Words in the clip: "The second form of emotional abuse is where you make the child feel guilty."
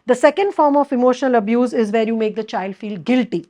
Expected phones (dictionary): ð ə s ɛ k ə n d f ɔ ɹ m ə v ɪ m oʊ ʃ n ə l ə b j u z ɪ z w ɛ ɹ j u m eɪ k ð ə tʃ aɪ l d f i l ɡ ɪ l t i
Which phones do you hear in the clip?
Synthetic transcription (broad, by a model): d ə s ɛ k ə n d f ɔ ɹ m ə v ɪ m oʊ ʃ n ə l ə b j u z ɪ z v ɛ ɹ j u m eɪ k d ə tʃ aɪ l d f i l ɡ ɪ l t i